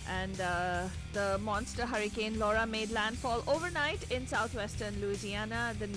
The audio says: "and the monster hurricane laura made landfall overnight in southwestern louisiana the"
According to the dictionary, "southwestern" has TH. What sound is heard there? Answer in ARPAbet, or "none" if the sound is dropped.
T